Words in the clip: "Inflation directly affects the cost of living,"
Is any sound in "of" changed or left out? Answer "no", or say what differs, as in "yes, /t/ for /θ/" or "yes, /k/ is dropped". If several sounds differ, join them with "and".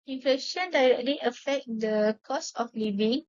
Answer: yes, /f/ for /v/